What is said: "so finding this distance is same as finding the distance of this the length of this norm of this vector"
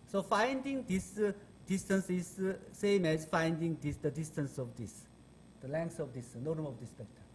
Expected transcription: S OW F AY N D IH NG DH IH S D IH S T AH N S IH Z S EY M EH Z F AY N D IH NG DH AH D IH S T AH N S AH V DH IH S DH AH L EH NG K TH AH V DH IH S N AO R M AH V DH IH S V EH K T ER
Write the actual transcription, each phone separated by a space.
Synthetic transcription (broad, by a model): S OW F AY N D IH NG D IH S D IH S T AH N S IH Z S EY M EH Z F AY N D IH NG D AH D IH S T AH N S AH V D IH S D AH L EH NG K S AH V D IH S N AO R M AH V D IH S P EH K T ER